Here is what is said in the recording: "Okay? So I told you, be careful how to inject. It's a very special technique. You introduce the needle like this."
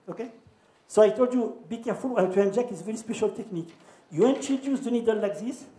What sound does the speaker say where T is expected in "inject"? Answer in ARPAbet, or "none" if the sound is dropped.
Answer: none